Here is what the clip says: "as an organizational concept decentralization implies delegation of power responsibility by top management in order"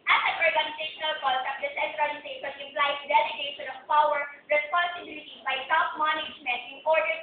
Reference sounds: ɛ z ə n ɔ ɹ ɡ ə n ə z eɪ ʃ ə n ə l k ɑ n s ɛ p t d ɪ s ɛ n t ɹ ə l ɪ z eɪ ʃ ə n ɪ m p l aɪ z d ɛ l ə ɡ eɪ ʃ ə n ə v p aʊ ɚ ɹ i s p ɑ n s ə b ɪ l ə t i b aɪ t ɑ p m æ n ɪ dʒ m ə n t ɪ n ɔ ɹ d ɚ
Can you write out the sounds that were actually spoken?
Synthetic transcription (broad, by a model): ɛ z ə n ɔ ɹ ɡ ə n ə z eɪ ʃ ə n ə l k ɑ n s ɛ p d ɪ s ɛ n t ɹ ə n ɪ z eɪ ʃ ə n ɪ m p l aɪ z d ɛ l ə ɡ eɪ ʃ ə n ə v p aʊ ɚ ɹ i s p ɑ n s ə b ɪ l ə t i b aɪ s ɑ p m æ n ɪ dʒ m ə n t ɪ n ɔ ɹ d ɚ